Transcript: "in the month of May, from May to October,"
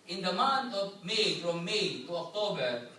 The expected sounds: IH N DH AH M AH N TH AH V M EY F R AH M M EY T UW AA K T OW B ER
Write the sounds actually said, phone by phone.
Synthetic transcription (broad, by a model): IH N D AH M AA N T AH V M EY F R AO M M EY T UW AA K T OW B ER